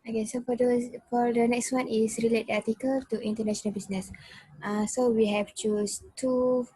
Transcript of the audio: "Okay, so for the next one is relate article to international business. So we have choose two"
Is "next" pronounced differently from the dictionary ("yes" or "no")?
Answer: no